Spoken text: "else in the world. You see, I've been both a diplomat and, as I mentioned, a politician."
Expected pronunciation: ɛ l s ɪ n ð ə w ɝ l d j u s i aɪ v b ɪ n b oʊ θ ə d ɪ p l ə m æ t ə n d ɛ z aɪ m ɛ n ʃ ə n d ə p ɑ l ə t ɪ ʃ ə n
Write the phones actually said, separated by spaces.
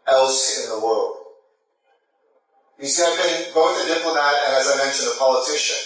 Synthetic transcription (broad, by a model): ɛ l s ɪ n ð ə w ɝ l d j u s i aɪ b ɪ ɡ oʊ t ə d ɪ p l ə m æ t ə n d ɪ z aɪ m ɛ n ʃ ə n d ə p ɑ l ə t ɪ ʃ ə n